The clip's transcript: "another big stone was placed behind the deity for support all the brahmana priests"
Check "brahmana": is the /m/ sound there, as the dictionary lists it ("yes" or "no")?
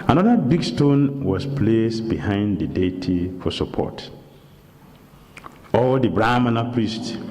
yes